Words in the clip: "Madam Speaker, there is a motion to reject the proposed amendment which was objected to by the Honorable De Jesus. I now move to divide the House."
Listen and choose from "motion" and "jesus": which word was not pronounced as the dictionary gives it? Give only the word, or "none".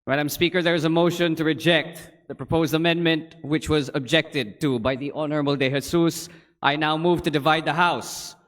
jesus